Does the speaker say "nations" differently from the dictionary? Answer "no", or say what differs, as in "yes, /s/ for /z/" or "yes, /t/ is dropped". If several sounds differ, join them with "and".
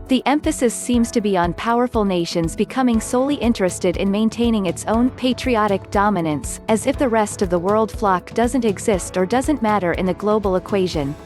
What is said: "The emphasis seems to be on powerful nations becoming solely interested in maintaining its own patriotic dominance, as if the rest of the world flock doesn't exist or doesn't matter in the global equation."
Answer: no